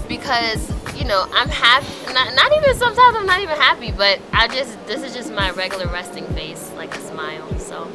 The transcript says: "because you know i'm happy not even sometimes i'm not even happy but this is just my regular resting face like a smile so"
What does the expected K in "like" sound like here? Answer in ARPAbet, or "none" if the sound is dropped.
K